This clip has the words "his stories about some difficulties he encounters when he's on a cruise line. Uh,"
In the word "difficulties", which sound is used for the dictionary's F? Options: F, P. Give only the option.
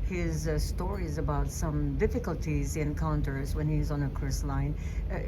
F